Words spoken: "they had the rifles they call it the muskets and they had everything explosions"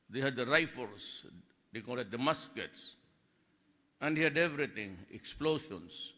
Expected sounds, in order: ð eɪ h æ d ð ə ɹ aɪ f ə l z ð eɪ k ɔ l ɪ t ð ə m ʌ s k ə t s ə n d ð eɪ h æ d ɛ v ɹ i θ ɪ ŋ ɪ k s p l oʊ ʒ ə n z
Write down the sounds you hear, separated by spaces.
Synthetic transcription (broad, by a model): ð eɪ h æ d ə ɹ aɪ f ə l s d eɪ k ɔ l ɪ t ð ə m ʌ s k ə t s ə n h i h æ d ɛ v ɹ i t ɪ ŋ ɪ k s p l oʊ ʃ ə n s